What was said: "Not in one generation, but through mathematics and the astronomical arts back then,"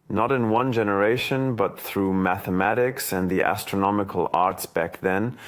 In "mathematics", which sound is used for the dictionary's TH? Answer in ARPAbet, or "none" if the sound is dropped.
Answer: TH